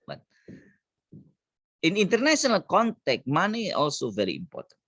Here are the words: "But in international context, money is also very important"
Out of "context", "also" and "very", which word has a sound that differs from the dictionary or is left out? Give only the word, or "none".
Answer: context